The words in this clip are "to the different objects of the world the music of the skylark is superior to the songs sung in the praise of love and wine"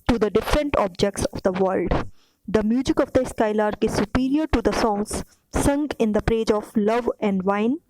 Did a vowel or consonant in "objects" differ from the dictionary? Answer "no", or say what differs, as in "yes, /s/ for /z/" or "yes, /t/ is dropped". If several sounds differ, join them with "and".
no